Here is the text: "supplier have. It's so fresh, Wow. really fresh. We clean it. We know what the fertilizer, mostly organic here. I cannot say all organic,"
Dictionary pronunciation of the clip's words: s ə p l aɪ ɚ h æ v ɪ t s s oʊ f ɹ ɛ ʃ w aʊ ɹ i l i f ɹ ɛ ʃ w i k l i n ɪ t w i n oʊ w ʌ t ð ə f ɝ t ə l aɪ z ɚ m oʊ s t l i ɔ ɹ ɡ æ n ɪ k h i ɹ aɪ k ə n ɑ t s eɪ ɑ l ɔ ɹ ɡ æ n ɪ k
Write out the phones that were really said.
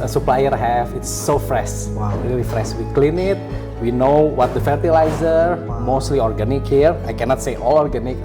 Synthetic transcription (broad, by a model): s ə p l aɪ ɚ h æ f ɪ t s s oʊ f ɹ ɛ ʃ w aʊ ɹ i l i f ɹ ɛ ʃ w i k l i n ɪ t w i n oʊ w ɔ t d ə f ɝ t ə l aɪ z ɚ m oʊ s t l i ɔ ɹ ɡ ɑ n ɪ k h i ɹ aɪ k ə n ɑ t s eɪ ɑ l ɔ ɹ ɡ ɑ n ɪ k